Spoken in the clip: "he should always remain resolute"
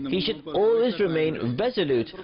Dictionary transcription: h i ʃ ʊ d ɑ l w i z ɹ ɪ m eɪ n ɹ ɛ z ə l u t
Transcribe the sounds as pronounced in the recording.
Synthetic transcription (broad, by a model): h i ʃ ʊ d ɑ l w i z ɹ ɪ m eɪ n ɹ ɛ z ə l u t